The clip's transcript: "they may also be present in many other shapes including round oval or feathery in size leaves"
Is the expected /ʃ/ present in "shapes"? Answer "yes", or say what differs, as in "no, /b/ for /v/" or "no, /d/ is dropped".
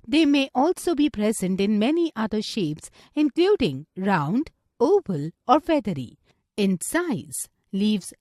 yes